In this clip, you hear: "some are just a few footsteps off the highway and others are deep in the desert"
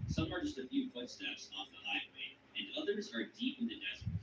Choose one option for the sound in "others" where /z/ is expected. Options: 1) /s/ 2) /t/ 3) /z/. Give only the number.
3